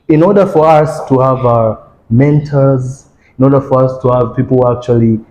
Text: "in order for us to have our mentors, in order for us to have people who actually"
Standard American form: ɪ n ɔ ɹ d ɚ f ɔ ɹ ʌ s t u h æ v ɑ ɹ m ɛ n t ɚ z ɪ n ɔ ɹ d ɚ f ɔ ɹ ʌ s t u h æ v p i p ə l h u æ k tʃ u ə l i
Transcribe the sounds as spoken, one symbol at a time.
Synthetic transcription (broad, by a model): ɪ n ɔ ɹ d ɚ f ɔ ɹ ʌ s t u h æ v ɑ m ɛ n t ɚ z ɪ n ɔ ɹ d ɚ f ɔ ɹ ʌ s t u h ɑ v p i p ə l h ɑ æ k tʃ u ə l i